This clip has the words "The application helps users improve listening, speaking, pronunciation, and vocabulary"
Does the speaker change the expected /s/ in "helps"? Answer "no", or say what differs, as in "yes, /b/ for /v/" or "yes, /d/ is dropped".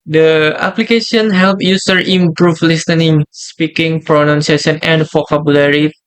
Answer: yes, /s/ is dropped